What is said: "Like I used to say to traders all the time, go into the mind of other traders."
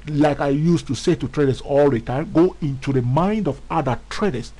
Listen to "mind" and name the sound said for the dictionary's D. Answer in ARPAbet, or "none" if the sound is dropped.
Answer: D